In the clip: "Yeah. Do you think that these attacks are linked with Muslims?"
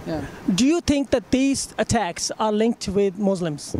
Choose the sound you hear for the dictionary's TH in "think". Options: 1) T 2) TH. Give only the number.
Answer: 1